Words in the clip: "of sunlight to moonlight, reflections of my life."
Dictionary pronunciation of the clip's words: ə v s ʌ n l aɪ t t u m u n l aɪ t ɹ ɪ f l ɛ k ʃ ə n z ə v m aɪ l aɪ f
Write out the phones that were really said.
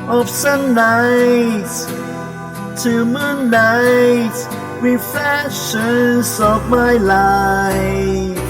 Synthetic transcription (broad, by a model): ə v s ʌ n aɪ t t u m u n aɪ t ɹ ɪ f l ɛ k ʃ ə n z ə v m aɪ l aɪ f